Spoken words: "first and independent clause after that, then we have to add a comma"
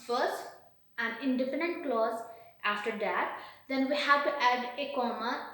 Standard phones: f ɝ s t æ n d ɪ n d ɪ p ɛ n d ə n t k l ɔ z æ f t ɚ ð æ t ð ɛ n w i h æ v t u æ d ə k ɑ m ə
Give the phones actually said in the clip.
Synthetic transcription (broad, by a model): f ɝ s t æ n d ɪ n d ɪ f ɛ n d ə n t k l ɔ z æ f t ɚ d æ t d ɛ n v i h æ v t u æ d ə k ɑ m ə